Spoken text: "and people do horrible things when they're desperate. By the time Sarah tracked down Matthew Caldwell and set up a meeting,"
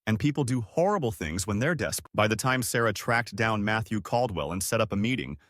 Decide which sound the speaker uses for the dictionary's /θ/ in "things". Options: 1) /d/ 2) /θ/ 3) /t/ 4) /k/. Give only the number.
2